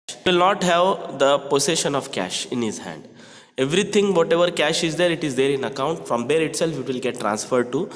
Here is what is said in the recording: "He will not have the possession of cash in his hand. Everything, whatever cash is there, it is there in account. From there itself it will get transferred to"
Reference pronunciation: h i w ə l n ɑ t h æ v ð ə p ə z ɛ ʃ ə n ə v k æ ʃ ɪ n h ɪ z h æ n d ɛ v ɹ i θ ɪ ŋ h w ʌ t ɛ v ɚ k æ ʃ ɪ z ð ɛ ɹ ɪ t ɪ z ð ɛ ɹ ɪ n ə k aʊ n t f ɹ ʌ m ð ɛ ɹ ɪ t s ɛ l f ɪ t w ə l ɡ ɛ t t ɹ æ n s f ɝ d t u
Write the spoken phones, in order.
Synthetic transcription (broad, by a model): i l n ɑ t h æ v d ə p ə s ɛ ʃ ə n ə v k æ ʃ ɪ n h ɪ z h æ n d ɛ v ɹ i t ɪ ŋ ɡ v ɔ t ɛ v ɚ k æ ʃ ɪ z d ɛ ɹ ɪ t ɪ z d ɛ ɹ ɪ n ə k aʊ n t f ɹ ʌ m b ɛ ɹ ɪ t s ɛ l f ɪ t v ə l ɡ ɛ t t ɹ æ n s f ɝ d t u